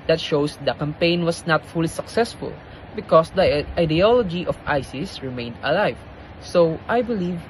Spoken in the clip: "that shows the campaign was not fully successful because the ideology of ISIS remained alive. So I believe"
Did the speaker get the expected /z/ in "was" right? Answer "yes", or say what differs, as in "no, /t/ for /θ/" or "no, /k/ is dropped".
no, /s/ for /z/